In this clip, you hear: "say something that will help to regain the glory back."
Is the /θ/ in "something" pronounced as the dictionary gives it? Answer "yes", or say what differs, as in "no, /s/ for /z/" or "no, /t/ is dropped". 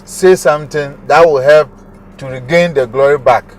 no, /t/ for /θ/